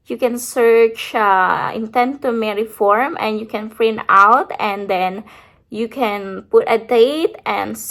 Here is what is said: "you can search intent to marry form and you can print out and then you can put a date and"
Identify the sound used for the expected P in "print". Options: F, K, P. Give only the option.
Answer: F